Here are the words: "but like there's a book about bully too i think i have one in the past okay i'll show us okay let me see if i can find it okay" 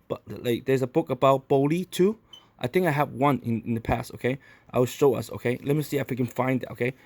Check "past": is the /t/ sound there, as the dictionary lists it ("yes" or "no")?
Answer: yes